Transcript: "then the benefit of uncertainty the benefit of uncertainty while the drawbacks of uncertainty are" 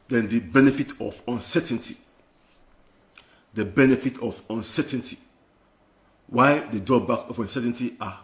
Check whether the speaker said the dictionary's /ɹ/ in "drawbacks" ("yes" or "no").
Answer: no